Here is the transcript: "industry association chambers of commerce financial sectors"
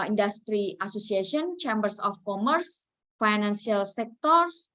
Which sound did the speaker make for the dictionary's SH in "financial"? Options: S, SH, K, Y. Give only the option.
S